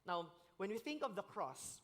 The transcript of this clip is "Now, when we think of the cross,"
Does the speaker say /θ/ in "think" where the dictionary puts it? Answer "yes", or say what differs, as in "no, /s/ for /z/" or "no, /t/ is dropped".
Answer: yes